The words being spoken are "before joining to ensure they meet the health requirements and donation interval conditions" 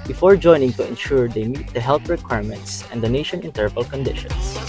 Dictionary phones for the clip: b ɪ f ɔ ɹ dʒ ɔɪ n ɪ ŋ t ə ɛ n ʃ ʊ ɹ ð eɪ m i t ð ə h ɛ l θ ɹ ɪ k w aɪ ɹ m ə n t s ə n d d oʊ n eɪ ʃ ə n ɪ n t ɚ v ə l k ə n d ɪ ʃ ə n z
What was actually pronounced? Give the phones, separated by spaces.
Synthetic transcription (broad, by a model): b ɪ f ɔ ɹ dʒ ɔɪ n ɪ ŋ t ə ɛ n ʃ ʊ ɹ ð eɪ m i t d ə h ɛ l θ ɹ ɪ k w aɪ ɹ m ə n t s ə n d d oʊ n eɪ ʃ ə n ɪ n t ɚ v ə l k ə n d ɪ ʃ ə n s